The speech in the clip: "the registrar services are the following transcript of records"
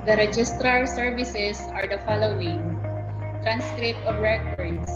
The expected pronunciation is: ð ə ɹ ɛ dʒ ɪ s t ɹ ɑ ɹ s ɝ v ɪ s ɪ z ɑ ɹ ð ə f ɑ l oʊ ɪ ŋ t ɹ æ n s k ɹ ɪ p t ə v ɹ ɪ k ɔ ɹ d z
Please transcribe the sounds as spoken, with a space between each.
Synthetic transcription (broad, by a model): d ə ɹ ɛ dʒ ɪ s t ɹ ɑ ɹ s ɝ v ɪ s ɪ s ɑ ɹ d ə f ɑ l oʊ ɪ ŋ t ɹ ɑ n s k ɹ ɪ p t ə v ɹ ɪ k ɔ ɹ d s